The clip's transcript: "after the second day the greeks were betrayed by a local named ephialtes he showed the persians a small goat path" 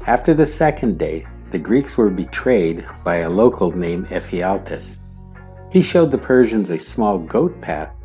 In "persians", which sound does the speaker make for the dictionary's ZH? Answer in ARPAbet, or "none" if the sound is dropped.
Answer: ZH